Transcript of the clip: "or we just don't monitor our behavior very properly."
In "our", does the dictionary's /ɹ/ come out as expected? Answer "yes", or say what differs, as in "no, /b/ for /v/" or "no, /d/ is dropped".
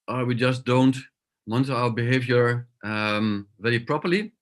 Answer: no, /l/ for /ɹ/